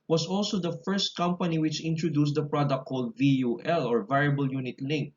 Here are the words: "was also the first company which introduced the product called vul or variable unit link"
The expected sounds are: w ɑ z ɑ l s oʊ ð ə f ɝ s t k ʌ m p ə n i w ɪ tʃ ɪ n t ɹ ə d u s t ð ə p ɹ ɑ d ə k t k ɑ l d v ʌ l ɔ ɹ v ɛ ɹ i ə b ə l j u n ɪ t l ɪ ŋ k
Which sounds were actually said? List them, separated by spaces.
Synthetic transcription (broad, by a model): w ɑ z ɑ l s oʊ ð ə f ɝ s t k ʌ m p ə n i w ɪ tʃ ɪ n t ɹ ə d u s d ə p ɹ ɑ d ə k k ɑ l d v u l ɔ ɹ v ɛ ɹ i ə b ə l j u n ɪ t l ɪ ŋ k